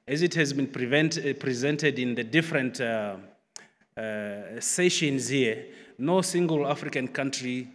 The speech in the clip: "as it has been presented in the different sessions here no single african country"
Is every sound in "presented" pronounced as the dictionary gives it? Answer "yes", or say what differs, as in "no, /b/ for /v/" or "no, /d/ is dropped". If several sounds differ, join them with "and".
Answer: yes